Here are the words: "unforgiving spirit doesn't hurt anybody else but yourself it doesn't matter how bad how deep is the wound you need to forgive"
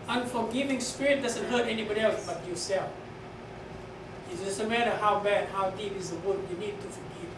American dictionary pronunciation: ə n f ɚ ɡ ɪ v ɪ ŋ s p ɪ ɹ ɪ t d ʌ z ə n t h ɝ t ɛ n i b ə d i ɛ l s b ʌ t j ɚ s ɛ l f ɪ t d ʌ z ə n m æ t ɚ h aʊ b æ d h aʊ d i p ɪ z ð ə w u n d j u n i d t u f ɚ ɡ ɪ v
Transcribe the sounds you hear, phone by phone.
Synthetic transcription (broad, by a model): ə n f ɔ ɡ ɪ v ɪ ŋ s p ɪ ɹ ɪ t d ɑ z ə n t h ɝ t ɛ n i b ə d i ɛ l s b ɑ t j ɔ s ɛ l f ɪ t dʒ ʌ s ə m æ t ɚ h aʊ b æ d h aʊ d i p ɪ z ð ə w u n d j u n i d t u f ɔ ɡ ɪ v